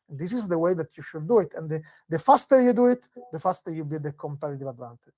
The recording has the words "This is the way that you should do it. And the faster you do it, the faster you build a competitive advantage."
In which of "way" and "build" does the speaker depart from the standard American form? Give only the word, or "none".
build